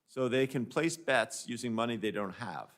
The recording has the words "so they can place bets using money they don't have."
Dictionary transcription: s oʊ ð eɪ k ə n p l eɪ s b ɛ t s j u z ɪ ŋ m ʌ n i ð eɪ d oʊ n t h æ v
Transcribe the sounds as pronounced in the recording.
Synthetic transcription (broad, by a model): s oʊ ð eɪ k ə n p l eɪ s b ɛ t s j u z ɪ ŋ m ʌ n i ð eɪ d oʊ n t h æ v